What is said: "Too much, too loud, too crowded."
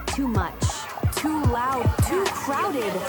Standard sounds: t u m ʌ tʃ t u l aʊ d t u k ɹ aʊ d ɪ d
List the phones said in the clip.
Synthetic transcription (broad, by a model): t u m ʌ tʃ t u l aʊ d t u k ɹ aʊ d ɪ d